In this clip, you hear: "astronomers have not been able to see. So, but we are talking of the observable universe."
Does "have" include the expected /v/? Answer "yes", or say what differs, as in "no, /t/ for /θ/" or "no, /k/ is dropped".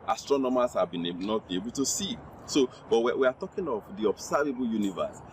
no, /b/ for /v/